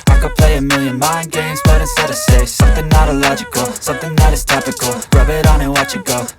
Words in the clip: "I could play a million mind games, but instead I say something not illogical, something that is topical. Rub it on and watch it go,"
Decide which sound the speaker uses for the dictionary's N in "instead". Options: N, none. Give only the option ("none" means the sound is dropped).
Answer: none